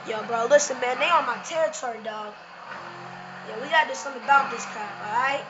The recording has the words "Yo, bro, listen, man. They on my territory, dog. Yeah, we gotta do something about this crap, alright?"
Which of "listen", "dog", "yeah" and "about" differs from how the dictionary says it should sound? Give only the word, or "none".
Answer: none